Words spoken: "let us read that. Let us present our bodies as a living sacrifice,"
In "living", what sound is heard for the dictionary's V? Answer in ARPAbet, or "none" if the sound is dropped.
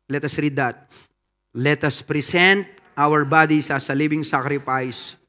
B